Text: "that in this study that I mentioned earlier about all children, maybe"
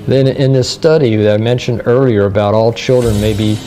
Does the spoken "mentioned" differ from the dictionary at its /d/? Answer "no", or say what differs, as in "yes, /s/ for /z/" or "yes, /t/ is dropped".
no